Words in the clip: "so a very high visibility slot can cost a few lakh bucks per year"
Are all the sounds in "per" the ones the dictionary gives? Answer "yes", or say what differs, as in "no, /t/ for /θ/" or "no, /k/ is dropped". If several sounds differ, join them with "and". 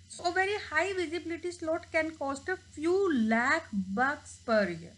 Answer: yes